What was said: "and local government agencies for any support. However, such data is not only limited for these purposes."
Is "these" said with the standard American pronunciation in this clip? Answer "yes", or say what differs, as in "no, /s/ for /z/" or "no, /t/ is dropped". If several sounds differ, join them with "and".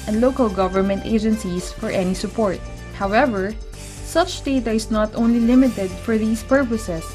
no, /s/ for /z/